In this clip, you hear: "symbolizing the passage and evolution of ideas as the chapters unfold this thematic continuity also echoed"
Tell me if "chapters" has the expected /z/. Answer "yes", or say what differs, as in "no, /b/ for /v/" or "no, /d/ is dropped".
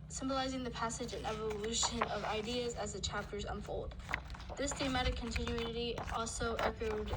yes